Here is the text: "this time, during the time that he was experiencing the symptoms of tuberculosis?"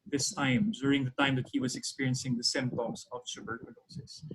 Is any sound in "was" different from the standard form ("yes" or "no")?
no